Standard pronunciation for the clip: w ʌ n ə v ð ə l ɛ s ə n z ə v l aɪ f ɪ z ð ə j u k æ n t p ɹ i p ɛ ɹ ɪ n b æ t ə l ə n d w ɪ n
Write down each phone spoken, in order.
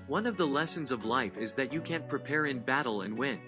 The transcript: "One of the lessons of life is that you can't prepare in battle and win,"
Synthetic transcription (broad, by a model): w ʌ n ə v ð ə l ɛ s ə n z ə v l aɪ f ɪ z ð ə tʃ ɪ k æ n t p ɹ i p ɛ ɹ ɪ n b æ t l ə n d w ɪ n